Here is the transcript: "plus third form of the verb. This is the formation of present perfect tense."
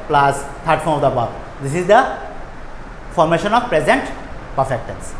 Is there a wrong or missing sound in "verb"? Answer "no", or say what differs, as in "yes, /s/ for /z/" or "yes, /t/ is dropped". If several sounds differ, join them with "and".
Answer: yes, /b/ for /v/